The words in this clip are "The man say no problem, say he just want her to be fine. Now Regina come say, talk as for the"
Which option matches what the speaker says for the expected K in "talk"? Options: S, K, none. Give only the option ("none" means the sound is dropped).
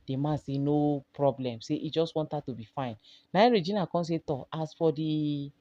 none